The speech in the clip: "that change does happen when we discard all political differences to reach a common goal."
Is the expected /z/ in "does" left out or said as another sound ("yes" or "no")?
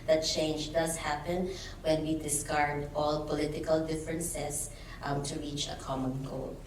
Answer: yes